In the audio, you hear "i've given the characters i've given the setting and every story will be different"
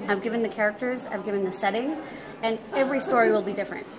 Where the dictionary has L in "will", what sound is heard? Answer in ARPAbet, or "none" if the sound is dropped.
L